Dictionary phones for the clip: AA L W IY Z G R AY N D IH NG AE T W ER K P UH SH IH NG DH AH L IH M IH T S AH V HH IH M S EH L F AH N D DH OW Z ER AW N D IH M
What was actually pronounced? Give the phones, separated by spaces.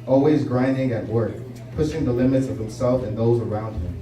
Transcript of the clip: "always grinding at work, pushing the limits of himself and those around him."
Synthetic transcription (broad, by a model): AA L W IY Z G R AY N D IH NG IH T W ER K P UH SH IH NG DH AH L IH M IH T S AH V HH IH M S EH L F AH N DH OW Z ER AW N D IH M